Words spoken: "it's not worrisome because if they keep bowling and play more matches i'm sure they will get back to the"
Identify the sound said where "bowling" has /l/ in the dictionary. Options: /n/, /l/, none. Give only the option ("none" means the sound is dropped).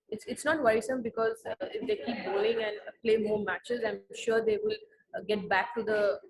none